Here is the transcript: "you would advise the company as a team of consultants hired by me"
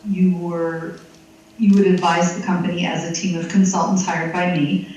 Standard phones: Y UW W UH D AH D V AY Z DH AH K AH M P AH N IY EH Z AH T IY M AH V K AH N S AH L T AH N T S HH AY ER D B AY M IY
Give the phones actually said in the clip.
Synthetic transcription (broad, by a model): Y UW W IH D AH D V AY Z DH AH K AH M P AH N IY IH Z AH T IY M AH V K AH N S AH L T N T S HH AY ER D B AY M IY